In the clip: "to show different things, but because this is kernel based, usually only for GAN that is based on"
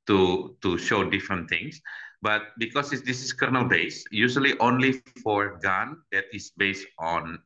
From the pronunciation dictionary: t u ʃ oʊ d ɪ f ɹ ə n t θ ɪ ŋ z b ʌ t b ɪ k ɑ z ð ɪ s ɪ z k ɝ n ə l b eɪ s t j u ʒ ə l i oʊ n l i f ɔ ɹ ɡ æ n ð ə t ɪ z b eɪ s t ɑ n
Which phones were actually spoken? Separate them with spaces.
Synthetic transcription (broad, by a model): t u ʃ oʊ d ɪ f ɹ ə n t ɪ ŋ s b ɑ t b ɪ k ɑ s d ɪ s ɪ s k ɝ n ə l b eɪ s j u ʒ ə l i oʊ n l i f ɔ ɹ ɡ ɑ n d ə t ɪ s b eɪ s t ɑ n